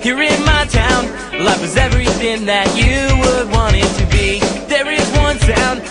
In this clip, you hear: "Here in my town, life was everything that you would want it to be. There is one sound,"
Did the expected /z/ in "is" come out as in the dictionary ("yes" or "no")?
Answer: yes